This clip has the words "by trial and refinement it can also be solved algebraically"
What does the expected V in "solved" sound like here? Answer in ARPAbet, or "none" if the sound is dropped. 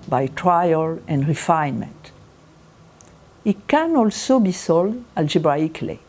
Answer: none